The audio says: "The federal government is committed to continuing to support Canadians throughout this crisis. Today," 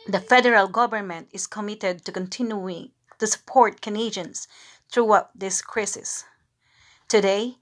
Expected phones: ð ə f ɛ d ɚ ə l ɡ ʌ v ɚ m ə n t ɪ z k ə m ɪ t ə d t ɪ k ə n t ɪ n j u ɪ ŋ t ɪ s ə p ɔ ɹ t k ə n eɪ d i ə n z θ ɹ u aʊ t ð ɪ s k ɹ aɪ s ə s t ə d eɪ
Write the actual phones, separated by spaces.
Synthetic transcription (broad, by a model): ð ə f ɛ d ɚ ə l ɡ ʌ v ɚ m ə n t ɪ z k ə m ɪ t ə d t ɪ k ə n t ɪ n j u ɪ ŋ t ɪ s ə p ɔ ɹ t k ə n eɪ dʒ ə n s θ ɹ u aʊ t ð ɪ s k ɹ aɪ s ə s t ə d eɪ